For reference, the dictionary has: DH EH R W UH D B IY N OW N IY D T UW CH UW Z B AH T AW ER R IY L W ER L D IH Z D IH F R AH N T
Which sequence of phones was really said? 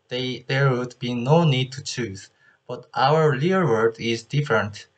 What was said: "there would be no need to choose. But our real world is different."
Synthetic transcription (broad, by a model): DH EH R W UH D B IY N OW N IY D T UW CH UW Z B AH T AW ER L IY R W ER D IH Z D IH F R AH N T